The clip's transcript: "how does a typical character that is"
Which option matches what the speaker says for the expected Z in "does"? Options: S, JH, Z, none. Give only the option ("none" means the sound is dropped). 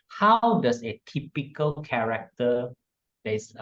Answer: S